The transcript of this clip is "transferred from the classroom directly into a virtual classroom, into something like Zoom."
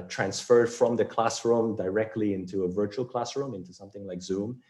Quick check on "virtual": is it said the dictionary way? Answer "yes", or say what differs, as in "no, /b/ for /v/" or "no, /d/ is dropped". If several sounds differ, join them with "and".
yes